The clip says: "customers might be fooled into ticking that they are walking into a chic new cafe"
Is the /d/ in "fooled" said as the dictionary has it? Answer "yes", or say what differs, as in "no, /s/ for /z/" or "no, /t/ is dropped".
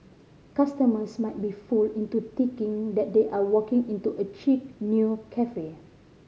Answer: no, /d/ is dropped